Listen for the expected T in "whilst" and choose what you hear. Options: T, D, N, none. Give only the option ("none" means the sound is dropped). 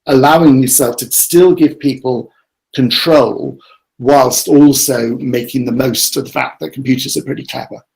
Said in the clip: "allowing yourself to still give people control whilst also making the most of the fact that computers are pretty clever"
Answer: T